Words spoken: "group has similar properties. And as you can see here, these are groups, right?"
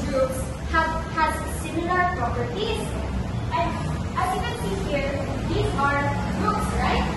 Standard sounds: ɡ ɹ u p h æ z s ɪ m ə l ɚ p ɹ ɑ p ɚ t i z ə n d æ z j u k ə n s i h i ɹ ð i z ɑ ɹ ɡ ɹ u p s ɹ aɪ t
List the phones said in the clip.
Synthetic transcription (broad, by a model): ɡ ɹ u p h æ z s ɪ m ə l ɚ p ɹ ɑ p ɚ t i z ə n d æ z j u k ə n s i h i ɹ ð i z ɑ ɹ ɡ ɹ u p s ɹ aɪ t